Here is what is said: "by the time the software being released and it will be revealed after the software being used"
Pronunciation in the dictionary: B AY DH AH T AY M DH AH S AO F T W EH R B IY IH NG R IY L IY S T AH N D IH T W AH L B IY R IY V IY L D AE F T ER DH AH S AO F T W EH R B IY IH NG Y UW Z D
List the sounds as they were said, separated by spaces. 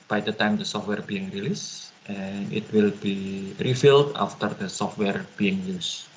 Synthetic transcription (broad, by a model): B AY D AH T AY M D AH S AO F T W EH R B IY IH NG R IY L IY S T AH N IH T W AH L B IY R IY F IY L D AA F T ER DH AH S AO F T W EH R B IY IH NG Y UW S